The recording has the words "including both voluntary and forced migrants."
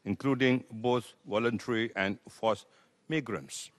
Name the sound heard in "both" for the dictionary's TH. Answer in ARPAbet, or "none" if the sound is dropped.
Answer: T